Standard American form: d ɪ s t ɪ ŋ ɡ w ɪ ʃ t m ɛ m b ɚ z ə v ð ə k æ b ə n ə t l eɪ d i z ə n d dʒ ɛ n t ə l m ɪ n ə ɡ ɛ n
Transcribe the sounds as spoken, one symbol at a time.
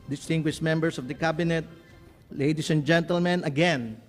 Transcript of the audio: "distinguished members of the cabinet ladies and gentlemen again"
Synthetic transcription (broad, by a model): d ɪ s t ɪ ŋ ɡ w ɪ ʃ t m ɛ m b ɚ s ə v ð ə k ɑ b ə n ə t l eɪ d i s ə n dʒ ɛ n t ə l m ɪ n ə ɡ ɛ n